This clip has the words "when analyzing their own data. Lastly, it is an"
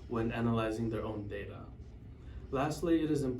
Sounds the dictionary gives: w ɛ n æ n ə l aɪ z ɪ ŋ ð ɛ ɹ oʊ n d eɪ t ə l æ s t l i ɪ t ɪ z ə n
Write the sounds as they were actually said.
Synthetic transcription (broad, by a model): w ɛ n æ n ə l aɪ z ɪ ŋ ð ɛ ɹ oʊ n d eɪ t ə l æ s t l i ɪ t ɪ z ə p